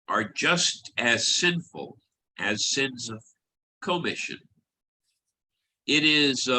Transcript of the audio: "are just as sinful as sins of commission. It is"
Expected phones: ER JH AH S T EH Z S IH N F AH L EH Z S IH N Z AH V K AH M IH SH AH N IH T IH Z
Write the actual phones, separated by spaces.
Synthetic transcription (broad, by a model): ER JH AH S T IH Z S IH N F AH L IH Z S IH N Z AH V K AH M IH SH AH N IH T IH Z